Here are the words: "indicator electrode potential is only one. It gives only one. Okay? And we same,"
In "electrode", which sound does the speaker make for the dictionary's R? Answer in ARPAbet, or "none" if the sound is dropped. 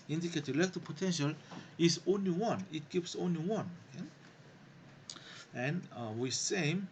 none